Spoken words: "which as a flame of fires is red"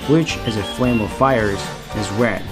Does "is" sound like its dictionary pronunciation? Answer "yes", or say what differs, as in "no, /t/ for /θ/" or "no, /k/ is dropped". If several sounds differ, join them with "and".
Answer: yes